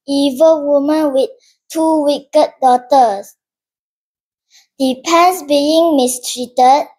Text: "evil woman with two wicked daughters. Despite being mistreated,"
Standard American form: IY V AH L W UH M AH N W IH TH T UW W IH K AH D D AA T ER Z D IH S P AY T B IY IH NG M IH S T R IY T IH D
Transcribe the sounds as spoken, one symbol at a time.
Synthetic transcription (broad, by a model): IY V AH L W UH M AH N W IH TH T UW W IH K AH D D AA T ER S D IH P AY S B IY IH NG M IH S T R IY T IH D